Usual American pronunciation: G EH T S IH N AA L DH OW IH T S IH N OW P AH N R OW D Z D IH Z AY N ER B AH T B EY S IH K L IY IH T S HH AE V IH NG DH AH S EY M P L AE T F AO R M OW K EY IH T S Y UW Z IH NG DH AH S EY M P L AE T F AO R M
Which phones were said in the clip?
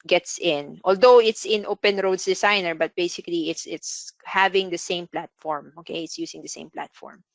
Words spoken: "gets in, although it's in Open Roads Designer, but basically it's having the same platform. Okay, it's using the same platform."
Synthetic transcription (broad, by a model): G EH T S IH N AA L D OW IH T S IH N OW P AH N R OW D S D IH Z AY N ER B AH T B EY S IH K L IY IH T S HH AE V IH NG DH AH S EY M P L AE T F AO R M OW K EY IH T S Y UW S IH NG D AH S EY M P L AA T F AO R M